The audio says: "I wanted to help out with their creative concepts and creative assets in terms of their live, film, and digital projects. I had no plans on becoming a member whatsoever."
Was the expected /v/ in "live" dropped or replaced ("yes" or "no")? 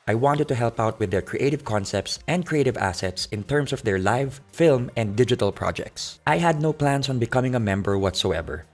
no